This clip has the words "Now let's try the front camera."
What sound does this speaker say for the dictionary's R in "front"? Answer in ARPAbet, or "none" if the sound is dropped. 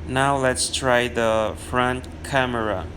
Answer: R